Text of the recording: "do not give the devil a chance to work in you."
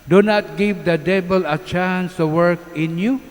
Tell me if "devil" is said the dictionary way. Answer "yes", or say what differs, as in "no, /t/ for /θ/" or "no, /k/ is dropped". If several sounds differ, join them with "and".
no, /b/ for /v/